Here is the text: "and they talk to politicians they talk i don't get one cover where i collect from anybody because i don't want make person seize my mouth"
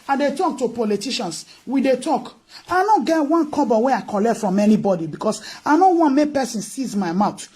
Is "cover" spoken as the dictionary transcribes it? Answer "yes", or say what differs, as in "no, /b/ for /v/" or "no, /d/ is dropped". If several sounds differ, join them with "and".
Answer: no, /b/ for /v/